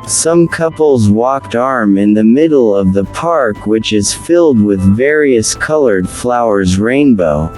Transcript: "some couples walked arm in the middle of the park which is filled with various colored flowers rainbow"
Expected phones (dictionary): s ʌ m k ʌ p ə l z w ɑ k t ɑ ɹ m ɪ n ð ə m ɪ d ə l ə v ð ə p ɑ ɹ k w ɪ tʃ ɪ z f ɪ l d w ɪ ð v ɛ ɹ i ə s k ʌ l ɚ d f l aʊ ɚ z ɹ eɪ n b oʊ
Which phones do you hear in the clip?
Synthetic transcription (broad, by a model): s ʌ m k ʌ p l z w ɑ k t ɑ ɹ m ɪ n ð ə m ɪ d l ə v ð ə p ɑ ɹ k w ɪ tʃ ɪ z f ɪ l d w ɪ ð v ɛ ɹ i ə s k ʌ l ɚ d f l aʊ ɚ z ɹ eɪ n b oʊ